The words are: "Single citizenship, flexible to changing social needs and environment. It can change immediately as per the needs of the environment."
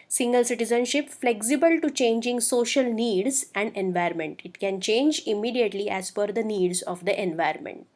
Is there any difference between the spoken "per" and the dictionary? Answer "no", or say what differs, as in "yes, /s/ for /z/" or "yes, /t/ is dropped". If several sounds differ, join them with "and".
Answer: yes, /f/ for /p/